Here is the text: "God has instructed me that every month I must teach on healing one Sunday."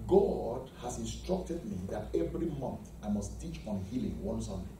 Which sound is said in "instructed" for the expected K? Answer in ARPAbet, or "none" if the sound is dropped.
K